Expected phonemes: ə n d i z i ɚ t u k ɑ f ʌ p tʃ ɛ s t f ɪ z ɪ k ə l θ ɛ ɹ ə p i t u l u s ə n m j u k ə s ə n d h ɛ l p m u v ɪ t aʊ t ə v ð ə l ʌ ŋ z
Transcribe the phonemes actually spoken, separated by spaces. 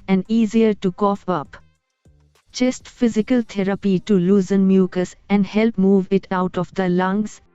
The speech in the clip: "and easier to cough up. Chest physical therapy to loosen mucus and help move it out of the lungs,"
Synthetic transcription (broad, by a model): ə n d i z i ɚ t u k ɑ f ʌ p tʃ ɛ s t f ɪ z ɪ k ə l t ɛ ɹ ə p i t u l u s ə n m j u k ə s ə n d h ɛ l p m u v ɪ t aʊ t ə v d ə l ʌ ŋ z